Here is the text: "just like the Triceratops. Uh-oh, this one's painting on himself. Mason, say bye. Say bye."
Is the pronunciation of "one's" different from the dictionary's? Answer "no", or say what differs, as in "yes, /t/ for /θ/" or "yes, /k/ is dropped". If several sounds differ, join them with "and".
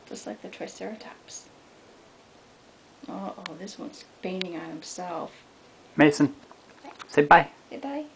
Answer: no